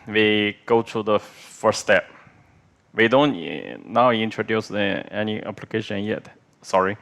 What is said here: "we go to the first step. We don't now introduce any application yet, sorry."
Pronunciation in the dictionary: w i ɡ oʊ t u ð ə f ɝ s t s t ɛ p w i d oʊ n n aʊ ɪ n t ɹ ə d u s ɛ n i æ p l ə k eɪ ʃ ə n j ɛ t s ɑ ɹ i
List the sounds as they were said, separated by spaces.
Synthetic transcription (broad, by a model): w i ɡ oʊ t u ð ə f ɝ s s t ɛ p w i d oʊ n n aʊ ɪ n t ə d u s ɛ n i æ p l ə k eɪ ʃ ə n j ɛ t s ɑ ɹ i